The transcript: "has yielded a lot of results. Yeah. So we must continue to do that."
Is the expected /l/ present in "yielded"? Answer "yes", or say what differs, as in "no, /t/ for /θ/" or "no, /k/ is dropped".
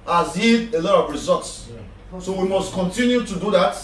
no, /l/ is dropped